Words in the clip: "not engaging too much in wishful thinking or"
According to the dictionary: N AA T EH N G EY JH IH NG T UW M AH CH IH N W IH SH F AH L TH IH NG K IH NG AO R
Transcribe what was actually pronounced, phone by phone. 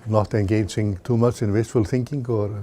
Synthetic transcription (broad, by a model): N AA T EH N G EY JH IH NG T UW M AH CH IH N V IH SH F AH L TH IH NG K IH NG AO R